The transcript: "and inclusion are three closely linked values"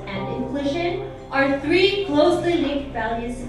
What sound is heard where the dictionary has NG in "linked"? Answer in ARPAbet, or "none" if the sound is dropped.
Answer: none